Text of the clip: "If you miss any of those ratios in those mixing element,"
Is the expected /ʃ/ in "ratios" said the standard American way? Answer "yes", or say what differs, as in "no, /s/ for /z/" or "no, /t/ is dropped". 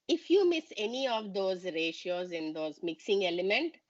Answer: yes